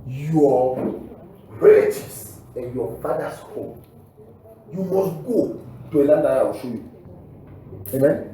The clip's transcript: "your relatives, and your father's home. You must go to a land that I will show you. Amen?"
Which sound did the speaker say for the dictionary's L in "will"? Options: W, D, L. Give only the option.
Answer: W